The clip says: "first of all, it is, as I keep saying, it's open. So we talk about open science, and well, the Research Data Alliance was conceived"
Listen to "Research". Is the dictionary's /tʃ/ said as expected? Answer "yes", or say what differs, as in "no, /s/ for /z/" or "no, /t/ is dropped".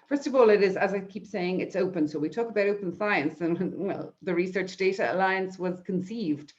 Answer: yes